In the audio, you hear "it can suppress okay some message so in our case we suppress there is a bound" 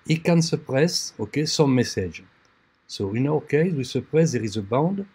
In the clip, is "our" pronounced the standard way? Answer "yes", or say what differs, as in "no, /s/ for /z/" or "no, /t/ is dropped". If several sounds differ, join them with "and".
no, /w/ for /ɹ/